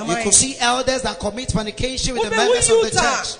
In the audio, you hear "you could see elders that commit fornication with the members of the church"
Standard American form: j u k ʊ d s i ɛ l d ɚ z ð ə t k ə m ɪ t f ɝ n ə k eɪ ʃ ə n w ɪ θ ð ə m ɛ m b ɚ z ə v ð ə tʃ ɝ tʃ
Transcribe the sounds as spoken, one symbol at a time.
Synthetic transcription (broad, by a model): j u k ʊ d s i ɛ l d ɚ z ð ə t k ə m ɪ t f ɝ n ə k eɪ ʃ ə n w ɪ ð ə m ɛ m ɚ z ə v ð ə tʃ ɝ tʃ